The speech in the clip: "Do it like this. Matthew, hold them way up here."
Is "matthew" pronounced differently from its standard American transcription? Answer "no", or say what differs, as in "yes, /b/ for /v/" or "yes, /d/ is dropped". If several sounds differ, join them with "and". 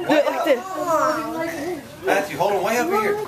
yes, /s/ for /θ/